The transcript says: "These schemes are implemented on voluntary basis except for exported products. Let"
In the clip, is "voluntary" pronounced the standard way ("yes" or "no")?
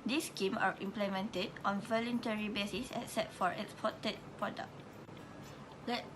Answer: yes